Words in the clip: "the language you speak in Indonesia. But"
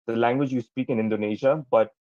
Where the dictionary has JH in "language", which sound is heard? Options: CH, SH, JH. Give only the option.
JH